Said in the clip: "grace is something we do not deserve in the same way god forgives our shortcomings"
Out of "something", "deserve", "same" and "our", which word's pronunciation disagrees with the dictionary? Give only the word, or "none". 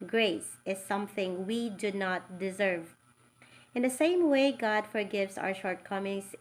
none